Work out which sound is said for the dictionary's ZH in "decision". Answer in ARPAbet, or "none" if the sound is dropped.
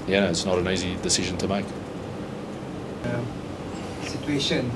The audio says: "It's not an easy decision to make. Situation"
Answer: ZH